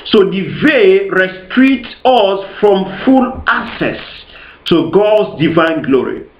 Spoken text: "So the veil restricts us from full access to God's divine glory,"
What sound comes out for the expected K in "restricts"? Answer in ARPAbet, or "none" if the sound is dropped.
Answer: none